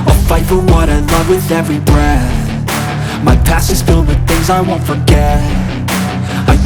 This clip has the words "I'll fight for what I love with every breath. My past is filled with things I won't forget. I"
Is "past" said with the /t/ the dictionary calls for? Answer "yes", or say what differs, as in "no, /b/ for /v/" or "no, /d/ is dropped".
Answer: no, /t/ is dropped